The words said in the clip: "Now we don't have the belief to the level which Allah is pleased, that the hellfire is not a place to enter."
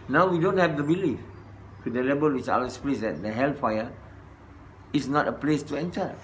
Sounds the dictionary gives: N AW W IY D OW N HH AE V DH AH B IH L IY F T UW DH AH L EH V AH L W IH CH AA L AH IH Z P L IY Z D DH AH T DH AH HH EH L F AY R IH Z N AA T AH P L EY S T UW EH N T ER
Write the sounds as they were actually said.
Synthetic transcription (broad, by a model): N AW W IY D OW N HH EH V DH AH B IH L IY F T UW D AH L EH B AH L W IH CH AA AH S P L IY S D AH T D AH HH EH L F AY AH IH S N AA T AH P L EY S T UW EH N T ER